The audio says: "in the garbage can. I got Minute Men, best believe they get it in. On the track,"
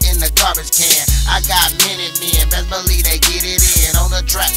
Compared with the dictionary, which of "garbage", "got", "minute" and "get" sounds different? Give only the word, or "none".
garbage